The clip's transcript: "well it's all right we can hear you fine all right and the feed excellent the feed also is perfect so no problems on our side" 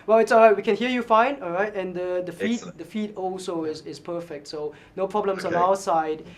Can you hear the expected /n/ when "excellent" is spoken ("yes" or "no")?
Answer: no